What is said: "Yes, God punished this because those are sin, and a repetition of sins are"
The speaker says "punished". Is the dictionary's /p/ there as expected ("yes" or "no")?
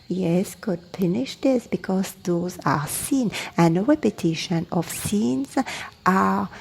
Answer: no